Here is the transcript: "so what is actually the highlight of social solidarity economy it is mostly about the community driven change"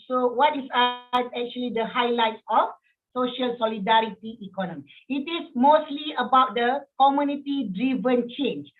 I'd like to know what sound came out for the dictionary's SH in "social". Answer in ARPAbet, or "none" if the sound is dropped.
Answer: SH